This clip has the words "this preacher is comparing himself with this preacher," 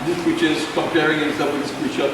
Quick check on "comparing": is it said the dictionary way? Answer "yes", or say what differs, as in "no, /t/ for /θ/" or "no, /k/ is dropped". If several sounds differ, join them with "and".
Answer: no, /m/ is dropped